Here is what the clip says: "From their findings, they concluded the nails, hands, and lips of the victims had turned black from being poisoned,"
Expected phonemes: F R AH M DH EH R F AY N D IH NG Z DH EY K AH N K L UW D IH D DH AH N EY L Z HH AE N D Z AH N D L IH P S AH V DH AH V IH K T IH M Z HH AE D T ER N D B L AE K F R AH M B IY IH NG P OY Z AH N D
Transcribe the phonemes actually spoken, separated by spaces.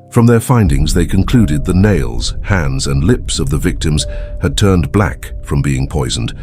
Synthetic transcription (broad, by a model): F R AH M DH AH R F AY N D IH NG Z DH EY K AH N K L UW D IH D DH AH N EY L Z HH AE N D Z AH N L IH P S AH V DH AH V IH K T IH M Z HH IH D T ER N B L AE K F R AH M B IY IH NG P OY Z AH N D